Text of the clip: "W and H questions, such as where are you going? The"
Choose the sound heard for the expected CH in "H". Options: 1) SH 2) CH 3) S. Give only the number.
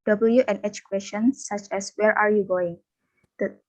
2